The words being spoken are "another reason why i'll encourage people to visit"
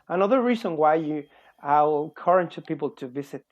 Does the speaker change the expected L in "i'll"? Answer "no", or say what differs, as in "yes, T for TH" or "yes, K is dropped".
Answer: yes, W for L